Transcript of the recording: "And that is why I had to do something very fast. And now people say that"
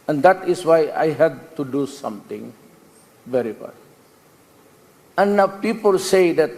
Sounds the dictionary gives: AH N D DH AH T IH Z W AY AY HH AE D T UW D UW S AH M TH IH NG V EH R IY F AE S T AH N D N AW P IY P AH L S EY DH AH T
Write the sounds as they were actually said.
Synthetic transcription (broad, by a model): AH N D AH T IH S W AY AY HH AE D T UW D UW S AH M T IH NG V EH R IY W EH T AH N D N AW P IY P AH L S EY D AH T